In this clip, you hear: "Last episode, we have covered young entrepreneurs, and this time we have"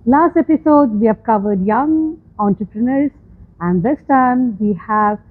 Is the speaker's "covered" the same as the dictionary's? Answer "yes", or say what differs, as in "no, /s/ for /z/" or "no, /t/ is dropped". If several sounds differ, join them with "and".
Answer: yes